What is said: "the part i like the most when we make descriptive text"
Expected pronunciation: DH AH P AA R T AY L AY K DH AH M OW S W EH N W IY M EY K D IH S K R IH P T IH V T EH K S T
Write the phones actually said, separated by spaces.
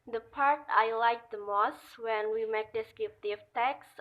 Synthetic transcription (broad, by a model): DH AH P AA R T AY L AY K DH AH M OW S W EH N W IY M EY K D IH S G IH F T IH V T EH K S